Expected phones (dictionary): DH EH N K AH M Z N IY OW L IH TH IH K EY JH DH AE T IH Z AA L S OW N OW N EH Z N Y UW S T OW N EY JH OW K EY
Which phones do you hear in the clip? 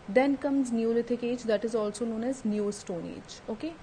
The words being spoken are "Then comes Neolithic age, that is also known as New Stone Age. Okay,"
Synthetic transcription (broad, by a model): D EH N K AH M Z N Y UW L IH T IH K EY JH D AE T IH Z AA L S OW N OW N EH Z N Y UW S T OW N EY JH OW K EY